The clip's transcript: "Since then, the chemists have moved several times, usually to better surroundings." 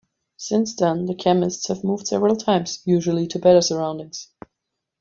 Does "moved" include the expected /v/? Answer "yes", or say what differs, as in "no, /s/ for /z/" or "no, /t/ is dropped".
yes